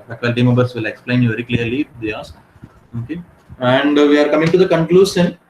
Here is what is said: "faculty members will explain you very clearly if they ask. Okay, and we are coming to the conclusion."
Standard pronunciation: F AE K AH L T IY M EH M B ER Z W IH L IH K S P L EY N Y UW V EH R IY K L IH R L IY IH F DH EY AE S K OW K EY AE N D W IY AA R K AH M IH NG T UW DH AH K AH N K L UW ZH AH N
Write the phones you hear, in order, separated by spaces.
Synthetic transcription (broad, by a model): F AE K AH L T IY M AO B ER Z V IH L IH K S P L EY N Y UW V EH R IY K L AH R L IY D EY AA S OW K EY AE N D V IY AA R K AH M IH NG T UW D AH K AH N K L UW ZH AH N